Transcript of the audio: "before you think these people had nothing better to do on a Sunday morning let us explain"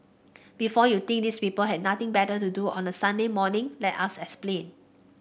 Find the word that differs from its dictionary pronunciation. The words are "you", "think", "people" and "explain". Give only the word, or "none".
think